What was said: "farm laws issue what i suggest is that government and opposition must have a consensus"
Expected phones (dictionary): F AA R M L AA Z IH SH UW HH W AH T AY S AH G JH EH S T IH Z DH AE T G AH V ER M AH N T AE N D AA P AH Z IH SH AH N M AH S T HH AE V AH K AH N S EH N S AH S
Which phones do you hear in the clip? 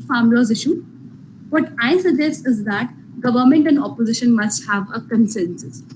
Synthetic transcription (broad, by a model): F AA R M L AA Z IH SH UW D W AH T AY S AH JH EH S IH Z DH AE T G AH V ER M AH N T AE N D AA P AH Z IH SH AH N M AH S T HH AE V AH K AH N S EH N S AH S